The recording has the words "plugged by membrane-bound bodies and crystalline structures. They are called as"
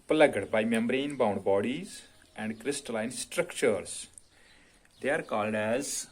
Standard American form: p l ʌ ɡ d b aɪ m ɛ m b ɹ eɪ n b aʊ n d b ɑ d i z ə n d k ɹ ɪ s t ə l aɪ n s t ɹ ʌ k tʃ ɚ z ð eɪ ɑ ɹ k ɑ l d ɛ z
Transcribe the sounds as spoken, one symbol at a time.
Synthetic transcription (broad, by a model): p l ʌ ɡ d b aɪ m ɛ m b ɹ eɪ n b aʊ n d b ɑ d i z ə n d k ɹ ɪ s t ə l aɪ n s t ɹ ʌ k tʃ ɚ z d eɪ ɑ ɹ k ɑ l d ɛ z